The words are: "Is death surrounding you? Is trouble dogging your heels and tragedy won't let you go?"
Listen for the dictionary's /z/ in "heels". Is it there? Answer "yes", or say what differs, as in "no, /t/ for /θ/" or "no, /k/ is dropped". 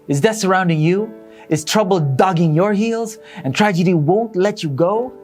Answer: yes